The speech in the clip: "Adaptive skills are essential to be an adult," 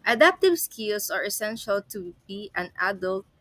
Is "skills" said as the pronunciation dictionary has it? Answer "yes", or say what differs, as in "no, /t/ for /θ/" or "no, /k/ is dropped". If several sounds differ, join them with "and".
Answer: no, /s/ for /z/